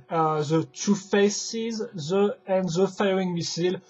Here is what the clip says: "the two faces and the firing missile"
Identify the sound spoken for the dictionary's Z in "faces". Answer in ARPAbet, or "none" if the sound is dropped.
Z